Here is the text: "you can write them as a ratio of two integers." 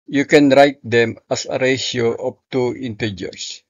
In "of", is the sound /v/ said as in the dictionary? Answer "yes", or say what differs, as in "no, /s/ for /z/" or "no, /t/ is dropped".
no, /p/ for /v/